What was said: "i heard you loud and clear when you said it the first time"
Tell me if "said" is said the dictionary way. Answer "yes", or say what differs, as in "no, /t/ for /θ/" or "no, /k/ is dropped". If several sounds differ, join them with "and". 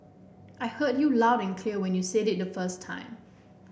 yes